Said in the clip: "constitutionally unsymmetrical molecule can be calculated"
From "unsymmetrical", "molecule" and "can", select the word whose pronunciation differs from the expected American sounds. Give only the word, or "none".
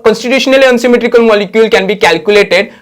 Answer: none